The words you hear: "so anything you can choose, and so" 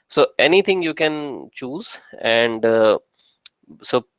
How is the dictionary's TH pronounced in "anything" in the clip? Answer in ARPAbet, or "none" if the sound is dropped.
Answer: T